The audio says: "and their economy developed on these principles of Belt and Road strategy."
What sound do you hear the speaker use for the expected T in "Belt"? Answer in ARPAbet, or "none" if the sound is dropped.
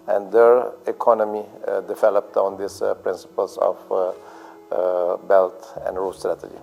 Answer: T